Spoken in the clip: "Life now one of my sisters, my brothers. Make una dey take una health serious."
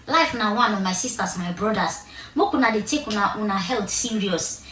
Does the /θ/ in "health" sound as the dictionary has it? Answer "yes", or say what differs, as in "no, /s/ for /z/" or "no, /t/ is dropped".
no, /t/ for /θ/